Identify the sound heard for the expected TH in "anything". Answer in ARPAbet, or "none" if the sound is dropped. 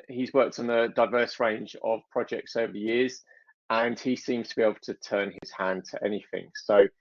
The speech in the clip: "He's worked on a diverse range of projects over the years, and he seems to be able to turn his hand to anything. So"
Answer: TH